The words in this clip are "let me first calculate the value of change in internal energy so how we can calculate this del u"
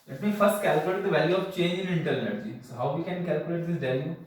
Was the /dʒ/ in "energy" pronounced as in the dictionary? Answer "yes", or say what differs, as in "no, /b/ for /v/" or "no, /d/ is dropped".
yes